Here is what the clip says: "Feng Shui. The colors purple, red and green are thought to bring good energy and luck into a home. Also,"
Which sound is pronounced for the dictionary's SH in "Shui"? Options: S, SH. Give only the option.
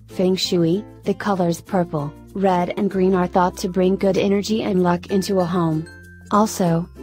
SH